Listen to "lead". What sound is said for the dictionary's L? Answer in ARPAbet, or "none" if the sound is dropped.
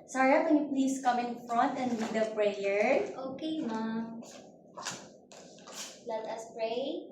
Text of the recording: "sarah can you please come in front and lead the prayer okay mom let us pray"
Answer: W